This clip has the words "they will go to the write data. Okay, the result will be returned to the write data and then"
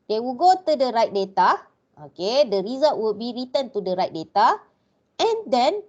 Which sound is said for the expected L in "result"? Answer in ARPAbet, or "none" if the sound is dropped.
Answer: none